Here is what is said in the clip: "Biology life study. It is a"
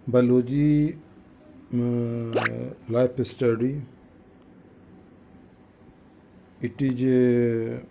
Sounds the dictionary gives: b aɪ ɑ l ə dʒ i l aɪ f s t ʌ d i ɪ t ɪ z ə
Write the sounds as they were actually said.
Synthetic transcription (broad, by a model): b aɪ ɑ l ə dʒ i l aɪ p s t ʌ d i ɪ t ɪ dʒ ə